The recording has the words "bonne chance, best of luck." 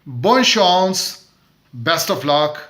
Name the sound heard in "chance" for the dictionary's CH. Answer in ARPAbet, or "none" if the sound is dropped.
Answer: SH